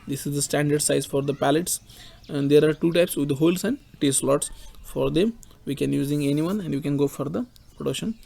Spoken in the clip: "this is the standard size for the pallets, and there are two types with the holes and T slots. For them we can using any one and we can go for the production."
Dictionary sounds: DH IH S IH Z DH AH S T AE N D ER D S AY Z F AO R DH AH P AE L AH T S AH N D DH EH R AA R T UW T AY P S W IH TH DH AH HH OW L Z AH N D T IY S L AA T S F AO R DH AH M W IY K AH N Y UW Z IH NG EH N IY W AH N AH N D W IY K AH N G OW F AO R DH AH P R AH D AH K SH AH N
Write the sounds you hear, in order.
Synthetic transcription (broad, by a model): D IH S IH Z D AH S T AE N D ER D S AY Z F AO R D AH P AE L AH T S AH N D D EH R AA R T UW T AY P S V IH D HH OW L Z AH N D T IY S L AA T S F AO R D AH M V IY K AH N Y UW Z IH NG EH N IY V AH N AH N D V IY K AH N G OW F AO R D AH P R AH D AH K SH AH N